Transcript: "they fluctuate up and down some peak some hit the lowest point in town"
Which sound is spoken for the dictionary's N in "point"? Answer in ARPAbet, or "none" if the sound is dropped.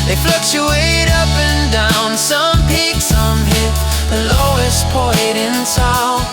none